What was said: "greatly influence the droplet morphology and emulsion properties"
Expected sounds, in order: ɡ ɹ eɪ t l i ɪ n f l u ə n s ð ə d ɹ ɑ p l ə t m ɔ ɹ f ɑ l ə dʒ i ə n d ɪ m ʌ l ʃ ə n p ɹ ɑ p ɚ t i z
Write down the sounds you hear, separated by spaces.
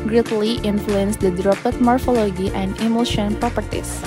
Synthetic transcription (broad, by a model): ɡ ɹ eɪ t l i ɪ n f l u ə n s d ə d ɹ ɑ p ə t m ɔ ɹ f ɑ l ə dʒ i ə n d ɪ m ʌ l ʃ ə n p ɹ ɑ p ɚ t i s